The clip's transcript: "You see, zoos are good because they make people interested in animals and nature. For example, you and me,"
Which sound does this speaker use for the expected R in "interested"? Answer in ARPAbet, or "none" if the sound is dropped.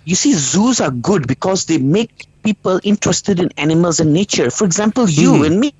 R